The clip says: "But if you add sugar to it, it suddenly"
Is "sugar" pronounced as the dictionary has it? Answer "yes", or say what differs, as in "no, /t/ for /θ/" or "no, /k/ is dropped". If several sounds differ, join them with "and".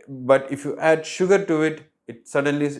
yes